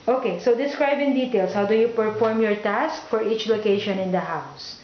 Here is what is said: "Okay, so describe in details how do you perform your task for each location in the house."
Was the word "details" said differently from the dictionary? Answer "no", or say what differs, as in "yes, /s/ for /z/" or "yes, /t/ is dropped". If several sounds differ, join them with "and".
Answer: yes, /s/ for /z/